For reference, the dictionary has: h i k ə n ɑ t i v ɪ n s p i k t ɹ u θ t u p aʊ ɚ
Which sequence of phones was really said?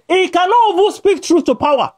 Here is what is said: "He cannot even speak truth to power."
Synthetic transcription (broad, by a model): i k ə n ɑ t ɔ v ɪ s p i k t ɹ u θ t u p aʊ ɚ